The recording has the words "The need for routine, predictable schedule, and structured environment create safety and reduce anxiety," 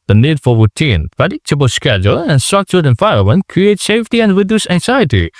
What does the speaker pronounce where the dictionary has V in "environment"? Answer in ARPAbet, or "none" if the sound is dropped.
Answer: F